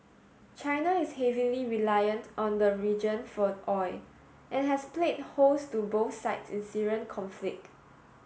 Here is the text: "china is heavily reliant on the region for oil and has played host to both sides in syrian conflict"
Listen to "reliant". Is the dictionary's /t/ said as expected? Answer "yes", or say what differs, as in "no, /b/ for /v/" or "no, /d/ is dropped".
yes